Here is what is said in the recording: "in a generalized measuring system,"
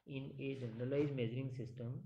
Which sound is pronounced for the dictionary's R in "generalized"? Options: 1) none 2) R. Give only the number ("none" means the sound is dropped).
1